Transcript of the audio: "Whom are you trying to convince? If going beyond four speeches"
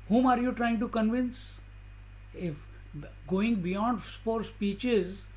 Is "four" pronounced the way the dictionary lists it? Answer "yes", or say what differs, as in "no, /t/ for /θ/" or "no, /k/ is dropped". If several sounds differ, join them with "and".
no, /p/ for /f/